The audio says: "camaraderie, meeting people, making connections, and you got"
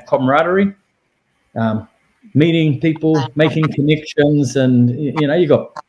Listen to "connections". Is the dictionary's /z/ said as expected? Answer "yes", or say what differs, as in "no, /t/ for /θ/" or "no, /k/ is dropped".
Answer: yes